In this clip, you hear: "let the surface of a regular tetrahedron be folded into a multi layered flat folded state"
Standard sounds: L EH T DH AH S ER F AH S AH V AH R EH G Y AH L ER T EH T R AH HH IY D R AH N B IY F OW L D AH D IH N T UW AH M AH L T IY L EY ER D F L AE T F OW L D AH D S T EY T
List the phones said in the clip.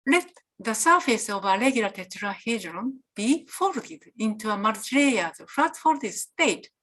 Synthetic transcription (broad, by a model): L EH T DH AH S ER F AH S AH V AH L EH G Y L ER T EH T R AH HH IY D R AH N B IY F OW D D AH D IH N T UW AH M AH T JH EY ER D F AA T F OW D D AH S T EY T